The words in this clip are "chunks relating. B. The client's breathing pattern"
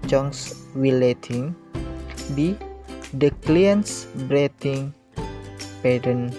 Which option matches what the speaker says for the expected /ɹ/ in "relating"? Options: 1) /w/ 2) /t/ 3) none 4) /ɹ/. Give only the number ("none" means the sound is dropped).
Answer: 1